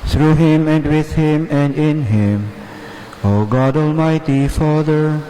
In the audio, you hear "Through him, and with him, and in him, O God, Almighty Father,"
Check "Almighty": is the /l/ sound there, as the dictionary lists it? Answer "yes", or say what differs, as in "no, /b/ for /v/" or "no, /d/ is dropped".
yes